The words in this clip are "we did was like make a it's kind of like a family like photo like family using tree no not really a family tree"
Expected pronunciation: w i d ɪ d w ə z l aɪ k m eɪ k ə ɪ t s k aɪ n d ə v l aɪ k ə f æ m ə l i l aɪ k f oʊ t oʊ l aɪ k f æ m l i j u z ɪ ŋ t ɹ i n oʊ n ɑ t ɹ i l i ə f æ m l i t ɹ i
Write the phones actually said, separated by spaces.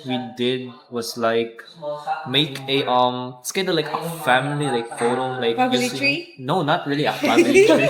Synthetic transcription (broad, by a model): w i d ɪ d w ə s l aɪ k m eɪ k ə ɪ t s k aɪ n d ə l aɪ k ə f æ m ə l i l aɪ k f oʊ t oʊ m l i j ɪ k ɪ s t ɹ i n oʊ n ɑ t ɹ i l i ə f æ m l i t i